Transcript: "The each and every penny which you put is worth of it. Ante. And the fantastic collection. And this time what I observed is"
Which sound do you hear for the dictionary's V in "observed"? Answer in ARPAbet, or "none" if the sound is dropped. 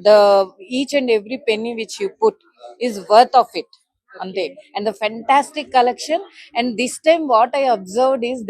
V